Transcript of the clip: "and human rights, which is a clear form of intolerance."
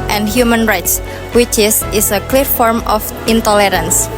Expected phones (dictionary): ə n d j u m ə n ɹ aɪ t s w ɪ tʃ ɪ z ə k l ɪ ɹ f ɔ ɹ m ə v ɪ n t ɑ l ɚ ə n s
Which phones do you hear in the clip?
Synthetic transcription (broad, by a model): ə n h j u m ə n ɹ aɪ t s w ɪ tʃ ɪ s ə k l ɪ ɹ f ɔ ɹ m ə f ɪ n t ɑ l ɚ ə n s